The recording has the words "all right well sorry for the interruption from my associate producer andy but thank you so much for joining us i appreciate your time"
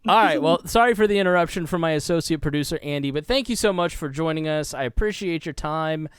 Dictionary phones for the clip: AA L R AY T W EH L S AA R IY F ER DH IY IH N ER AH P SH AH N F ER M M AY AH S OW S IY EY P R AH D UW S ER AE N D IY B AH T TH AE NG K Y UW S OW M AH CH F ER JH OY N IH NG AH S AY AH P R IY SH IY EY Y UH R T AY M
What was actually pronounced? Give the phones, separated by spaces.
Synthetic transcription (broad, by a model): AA L R AY T W EH L S AA R IY F ER DH IY IH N ER AH P SH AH N F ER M M AY AH S OW S IY EY P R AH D UW S ER AE N D IY B AH T TH AE NG K Y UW S OW M AH CH F ER JH OY N IH NG AH S AY AH P R IY SH IY EY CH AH R T AY M